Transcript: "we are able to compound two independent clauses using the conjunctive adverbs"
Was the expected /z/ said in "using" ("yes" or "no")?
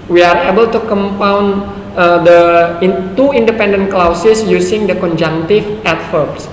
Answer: no